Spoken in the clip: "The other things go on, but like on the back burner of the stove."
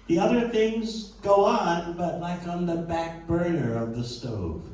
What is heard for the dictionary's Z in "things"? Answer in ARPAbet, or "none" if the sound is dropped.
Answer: Z